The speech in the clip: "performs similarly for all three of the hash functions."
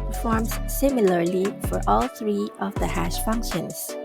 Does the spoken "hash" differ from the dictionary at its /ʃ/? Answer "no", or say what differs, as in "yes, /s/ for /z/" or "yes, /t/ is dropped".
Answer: no